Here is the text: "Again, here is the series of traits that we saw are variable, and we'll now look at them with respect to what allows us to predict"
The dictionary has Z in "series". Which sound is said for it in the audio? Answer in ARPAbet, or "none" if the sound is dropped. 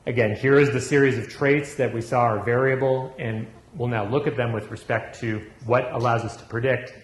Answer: Z